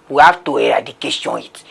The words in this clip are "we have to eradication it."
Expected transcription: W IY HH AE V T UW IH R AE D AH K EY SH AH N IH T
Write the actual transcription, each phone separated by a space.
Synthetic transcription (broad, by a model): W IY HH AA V T UW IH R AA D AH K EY S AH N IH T